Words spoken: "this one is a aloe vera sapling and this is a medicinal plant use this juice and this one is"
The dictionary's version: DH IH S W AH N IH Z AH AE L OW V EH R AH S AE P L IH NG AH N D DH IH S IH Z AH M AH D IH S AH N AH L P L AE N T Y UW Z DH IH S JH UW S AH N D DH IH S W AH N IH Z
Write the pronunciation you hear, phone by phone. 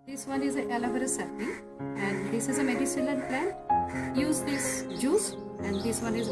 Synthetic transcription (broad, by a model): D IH S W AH N IH Z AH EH L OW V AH R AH S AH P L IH AH N D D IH S IH Z AH M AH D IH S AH L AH N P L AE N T Y UW Z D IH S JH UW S AH N D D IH S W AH N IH Z